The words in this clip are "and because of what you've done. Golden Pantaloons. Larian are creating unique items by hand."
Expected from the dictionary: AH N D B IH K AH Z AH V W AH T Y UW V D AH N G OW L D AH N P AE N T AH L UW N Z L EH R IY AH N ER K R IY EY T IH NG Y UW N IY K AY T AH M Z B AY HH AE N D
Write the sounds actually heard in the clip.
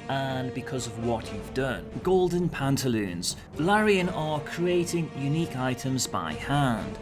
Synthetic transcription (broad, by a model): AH N B IH K AH Z AH V W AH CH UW V D AH N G OW L D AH N P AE N T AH L UW N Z L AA R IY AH N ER K R IY EY T IH NG Y UW N IY K AY T AH M Z B AY HH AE N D